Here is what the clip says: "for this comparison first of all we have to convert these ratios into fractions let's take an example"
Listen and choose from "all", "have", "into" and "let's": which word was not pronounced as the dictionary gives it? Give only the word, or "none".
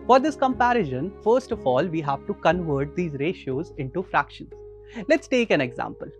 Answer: none